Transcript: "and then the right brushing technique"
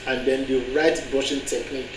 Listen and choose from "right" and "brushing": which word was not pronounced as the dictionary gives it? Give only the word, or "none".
brushing